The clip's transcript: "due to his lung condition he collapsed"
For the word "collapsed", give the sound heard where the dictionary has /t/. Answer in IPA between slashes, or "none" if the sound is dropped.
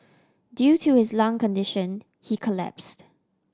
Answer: /t/